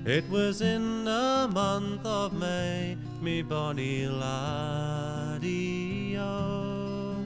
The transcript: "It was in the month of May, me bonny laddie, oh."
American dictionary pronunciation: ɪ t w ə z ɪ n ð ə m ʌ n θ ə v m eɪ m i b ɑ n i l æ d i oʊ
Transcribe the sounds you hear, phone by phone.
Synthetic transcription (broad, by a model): ɪ t w ə z ɪ n ð ə m ʌ n θ ə v m eɪ m i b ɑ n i l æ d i oʊ